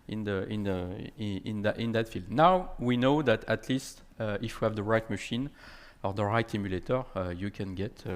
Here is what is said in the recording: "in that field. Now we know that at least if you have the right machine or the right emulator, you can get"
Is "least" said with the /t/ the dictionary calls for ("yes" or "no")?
yes